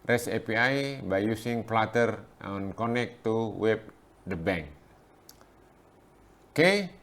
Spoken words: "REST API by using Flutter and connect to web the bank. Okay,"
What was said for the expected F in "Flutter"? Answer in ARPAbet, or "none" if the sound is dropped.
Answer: P